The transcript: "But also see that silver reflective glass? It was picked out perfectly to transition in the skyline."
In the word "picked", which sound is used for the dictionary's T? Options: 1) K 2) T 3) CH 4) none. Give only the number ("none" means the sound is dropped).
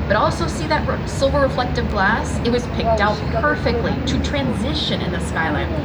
2